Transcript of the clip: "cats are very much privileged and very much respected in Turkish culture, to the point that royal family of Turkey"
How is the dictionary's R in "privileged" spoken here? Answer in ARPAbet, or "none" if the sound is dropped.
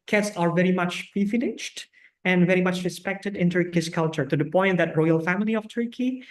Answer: none